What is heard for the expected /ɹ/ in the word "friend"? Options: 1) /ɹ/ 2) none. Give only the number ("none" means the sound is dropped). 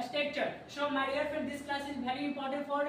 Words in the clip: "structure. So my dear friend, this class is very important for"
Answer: 2